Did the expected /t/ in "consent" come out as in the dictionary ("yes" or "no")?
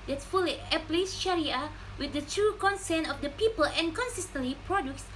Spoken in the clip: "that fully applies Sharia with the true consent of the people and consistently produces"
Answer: no